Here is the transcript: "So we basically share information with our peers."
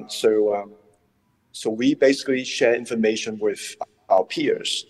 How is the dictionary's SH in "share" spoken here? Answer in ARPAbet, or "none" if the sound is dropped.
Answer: SH